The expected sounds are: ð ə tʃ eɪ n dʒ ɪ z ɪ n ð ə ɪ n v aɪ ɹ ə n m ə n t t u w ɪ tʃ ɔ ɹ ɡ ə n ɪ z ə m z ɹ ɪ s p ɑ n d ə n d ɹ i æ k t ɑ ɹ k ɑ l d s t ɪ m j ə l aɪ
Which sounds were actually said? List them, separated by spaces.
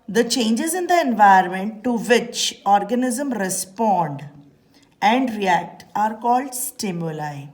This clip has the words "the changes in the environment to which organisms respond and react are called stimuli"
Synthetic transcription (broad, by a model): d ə tʃ eɪ n dʒ ɪ z ɪ n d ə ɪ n v aɪ ə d m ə n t t u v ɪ tʃ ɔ ɹ ɡ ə n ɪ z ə m ɹ ɪ s p ɑ n d ə n d ɹ i æ k t ɑ ɹ k ɑ l d s t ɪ m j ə l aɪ